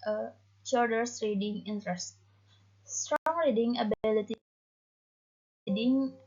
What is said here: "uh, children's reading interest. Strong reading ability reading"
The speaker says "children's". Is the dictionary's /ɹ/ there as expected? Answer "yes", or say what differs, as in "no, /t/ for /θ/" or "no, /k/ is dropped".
no, /ɹ/ is dropped